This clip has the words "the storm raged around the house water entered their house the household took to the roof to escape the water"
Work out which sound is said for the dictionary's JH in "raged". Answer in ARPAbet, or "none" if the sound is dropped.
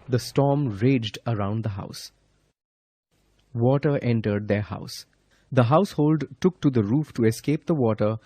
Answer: JH